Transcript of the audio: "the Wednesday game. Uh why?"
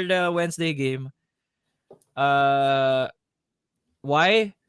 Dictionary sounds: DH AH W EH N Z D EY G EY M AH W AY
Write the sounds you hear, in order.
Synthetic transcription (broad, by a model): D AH W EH N S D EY G EY M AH W AY